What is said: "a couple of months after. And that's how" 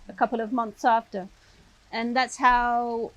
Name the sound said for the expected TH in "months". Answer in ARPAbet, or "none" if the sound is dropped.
TH